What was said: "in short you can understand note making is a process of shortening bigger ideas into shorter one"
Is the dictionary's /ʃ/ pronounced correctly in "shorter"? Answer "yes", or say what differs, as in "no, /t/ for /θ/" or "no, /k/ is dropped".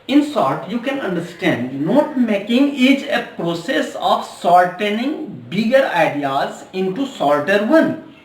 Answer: no, /s/ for /ʃ/